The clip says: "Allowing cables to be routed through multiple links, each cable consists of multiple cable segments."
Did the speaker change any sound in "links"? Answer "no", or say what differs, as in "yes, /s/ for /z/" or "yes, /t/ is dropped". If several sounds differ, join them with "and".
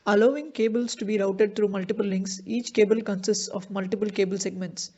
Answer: no